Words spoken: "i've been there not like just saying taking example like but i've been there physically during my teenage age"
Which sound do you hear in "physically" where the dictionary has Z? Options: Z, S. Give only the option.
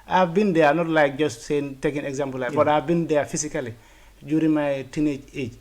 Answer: S